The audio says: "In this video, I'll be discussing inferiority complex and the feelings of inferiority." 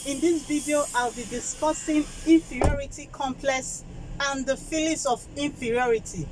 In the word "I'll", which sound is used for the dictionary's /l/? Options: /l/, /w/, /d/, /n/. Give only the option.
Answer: /l/